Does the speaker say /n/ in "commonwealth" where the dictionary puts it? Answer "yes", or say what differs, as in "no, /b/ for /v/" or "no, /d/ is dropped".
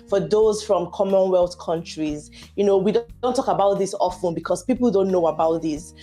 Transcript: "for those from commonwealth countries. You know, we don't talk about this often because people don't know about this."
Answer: yes